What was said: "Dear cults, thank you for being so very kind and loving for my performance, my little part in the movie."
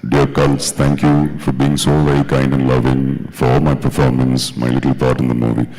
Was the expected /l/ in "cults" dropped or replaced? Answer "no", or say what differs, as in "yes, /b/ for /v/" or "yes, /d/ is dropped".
no